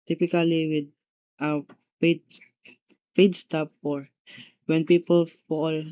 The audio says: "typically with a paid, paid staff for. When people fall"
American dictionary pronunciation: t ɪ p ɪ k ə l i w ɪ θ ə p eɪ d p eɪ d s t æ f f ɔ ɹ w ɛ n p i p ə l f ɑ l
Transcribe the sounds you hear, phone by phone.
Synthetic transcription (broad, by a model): t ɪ p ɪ k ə l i w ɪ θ ə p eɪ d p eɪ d s t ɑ p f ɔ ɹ w ɛ n p i p ə l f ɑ l